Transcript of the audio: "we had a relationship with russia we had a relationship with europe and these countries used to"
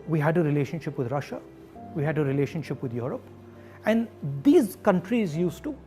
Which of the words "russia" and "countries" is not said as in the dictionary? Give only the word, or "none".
none